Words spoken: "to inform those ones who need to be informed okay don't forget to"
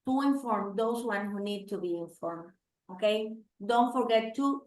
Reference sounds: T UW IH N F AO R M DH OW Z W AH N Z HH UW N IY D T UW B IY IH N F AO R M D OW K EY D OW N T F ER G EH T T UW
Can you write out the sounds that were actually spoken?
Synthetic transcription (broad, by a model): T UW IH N F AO R M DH OW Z W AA N HH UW N IY D T UW B IY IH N F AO R M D OW K EY D OW N T F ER G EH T T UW